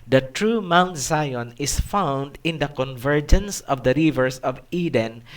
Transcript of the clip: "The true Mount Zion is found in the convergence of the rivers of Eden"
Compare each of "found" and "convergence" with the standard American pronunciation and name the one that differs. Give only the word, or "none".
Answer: none